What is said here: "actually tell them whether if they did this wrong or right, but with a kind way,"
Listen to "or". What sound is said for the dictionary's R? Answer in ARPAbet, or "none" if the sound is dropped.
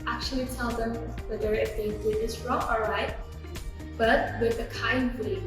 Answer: L